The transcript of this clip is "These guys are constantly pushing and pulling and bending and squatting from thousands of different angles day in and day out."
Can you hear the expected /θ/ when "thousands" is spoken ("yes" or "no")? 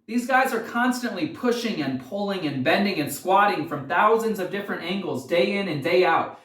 yes